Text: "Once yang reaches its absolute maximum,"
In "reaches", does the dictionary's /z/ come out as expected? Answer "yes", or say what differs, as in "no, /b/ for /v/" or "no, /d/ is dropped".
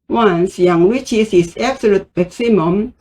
no, /s/ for /z/